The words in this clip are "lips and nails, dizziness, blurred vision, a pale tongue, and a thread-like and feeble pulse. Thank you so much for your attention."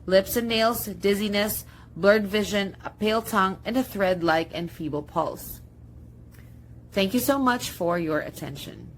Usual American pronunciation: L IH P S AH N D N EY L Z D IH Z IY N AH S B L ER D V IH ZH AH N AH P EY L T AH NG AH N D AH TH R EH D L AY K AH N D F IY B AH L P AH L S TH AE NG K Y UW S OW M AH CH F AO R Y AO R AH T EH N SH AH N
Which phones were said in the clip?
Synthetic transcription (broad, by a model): L IH P S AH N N EY L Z D IH Z IY N AH S B L ER D V IH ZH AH N AH P EY L T AH NG AH N D AH TH R EH D L AY K AH N D F IY B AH L P AH L S TH AE NG K Y UW S OW M AH CH F AO R Y AO R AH T EH N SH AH N